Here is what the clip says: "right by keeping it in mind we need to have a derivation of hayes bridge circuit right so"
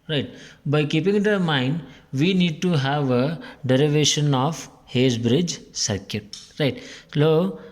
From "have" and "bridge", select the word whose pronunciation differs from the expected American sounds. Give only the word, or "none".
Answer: none